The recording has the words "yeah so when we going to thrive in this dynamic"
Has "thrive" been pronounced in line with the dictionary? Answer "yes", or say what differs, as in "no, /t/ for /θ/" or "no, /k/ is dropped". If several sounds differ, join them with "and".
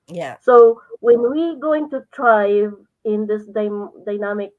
no, /t/ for /θ/